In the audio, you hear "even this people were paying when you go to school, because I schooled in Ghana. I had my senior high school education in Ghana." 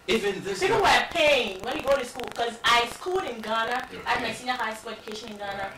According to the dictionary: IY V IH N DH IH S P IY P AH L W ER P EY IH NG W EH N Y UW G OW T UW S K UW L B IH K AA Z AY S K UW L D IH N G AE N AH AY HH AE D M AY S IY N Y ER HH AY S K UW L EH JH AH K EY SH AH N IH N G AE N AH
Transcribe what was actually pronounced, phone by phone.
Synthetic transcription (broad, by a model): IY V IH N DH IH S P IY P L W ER P EY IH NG W EH N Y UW G OW T UW S K UW L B K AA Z AY S K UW L IH N G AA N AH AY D M AY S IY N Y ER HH AY S K UW L EH JH AH K EY SH AH N IH N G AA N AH